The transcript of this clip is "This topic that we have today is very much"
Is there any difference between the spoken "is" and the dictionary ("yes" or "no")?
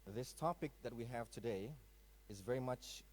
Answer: no